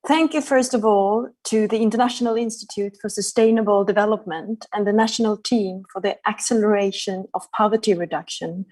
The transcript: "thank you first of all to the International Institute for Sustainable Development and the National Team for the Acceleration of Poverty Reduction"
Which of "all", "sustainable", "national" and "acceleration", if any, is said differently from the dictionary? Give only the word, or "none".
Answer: none